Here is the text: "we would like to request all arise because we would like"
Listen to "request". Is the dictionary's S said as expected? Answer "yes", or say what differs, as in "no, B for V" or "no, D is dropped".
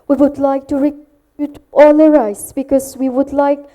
no, S is dropped